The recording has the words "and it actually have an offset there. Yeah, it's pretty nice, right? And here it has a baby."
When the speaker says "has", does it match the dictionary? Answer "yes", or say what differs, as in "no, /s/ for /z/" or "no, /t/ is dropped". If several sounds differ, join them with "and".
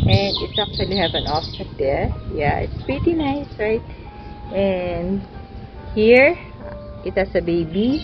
no, /s/ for /z/